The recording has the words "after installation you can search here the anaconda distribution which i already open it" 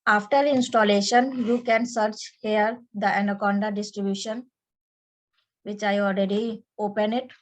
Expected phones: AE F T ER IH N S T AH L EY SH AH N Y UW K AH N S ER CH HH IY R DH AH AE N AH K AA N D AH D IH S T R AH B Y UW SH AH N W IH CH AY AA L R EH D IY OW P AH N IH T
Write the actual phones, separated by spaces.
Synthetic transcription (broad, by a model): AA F T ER IH N S T AH L EY SH AH N Y UW K AH N S ER CH HH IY R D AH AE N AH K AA N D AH D IH S T R AH B Y UW SH AH N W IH CH AY AA L R EH D IY OW P AH N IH T